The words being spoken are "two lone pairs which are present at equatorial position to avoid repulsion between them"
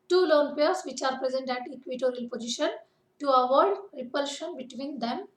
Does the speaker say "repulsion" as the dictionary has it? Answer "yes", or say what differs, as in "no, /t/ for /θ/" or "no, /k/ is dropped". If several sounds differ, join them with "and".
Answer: yes